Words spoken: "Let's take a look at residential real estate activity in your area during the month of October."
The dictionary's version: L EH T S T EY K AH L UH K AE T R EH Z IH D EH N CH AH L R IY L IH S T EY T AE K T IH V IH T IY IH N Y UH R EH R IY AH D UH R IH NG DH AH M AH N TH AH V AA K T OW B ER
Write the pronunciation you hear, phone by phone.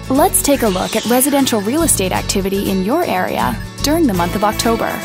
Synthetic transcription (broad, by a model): L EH T S T EY K AH L UH K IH T R EH Z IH D EH N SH L R IY L IH S T EY T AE K T IH V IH T IY IH N Y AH R EH R IY AH D UH R IH NG DH AH M AH N TH AH V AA K T OW B ER